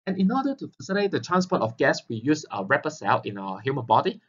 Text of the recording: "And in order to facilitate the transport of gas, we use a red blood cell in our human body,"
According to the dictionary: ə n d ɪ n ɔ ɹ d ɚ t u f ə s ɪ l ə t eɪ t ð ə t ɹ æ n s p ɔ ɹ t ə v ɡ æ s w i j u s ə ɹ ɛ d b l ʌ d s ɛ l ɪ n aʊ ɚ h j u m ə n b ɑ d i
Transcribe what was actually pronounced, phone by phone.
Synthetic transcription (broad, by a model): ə n ɪ n ɔ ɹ d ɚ t u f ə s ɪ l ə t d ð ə t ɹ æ n s p ɔ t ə f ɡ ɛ s w i j u s ə ɹ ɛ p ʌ s ɛ l ɪ n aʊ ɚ h j u m ə n b ɑ d i